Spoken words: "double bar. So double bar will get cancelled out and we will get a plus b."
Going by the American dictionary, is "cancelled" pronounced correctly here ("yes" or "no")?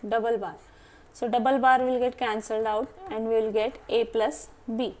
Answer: yes